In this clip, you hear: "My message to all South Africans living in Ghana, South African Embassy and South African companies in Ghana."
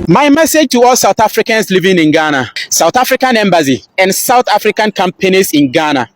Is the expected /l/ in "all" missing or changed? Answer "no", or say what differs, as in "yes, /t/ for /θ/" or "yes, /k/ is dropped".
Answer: no